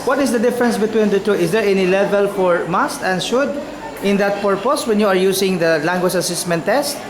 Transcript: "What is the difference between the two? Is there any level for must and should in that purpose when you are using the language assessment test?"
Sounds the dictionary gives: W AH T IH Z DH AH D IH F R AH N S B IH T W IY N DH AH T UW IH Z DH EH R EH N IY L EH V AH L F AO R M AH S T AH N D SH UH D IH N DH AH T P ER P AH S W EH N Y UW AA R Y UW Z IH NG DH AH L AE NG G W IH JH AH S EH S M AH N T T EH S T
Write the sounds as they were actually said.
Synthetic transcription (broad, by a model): W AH T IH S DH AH D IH F R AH N S B IH T W IY N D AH T UW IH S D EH R EH N IY L EH V AH L F AO R M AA S T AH N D SH UH D IH N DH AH T P ER P AH S W EH N Y UW AA R Y UW S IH NG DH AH L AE NG G W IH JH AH S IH S M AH N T T EH S T